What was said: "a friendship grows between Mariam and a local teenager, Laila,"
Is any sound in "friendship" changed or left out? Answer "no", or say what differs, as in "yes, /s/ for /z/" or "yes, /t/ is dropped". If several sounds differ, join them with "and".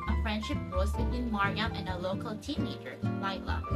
no